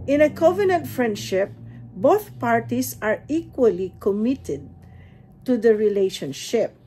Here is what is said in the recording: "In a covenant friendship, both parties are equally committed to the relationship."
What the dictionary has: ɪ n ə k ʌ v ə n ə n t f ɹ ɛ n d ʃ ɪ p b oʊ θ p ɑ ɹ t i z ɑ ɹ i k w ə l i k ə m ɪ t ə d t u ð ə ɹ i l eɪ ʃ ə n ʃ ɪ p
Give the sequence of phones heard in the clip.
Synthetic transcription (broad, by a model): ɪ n ə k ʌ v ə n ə n t f ɹ ɛ n d ʃ ɪ p b oʊ θ p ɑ ɹ t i s ɑ ɹ i k w ə l i k ə m ɪ t ə d t u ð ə ɹ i l eɪ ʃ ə n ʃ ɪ p